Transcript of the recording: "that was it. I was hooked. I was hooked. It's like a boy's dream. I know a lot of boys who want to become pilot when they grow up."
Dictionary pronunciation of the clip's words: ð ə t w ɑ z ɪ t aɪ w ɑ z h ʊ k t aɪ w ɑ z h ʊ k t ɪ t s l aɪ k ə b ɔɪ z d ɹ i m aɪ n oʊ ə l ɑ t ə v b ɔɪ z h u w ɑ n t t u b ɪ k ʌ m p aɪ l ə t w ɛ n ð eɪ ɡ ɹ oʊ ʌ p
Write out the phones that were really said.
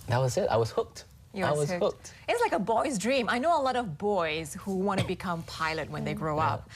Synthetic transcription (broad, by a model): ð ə t w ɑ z ɪ t aɪ w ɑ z h ʊ k t aɪ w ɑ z h ʊ k t ɪ t s l aɪ k ə b ɔɪ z d ɹ i m aɪ n oʊ ə l ɑ t ə v b ɔɪ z h u w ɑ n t t u b ɪ k ʌ m p aɪ l ə t w ɛ n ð eɪ ɡ ɹ oʊ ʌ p